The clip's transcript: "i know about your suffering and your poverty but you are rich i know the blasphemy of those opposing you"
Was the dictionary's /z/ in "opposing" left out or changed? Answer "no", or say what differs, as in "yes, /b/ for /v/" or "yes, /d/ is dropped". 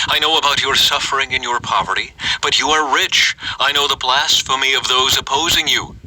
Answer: no